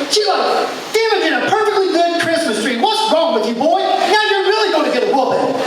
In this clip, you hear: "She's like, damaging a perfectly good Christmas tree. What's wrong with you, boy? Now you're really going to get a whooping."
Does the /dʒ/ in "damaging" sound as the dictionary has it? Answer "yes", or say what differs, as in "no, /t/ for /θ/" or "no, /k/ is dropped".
no, /dʒ/ is dropped